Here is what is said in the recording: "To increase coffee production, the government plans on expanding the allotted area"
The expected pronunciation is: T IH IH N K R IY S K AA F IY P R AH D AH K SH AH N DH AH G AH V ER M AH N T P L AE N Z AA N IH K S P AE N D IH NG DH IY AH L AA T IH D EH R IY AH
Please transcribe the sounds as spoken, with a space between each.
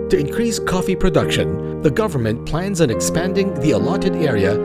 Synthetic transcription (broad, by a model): T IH IH N K R IY S K AA F IY P R AH D AH K SH AH N DH AH G AH V ER M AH N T P L AE N Z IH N IH K S P AE N D IH NG DH IY AH L AA T IH D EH R IY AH